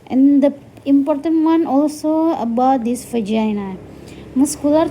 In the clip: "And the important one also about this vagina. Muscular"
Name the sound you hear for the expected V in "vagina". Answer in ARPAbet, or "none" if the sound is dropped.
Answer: F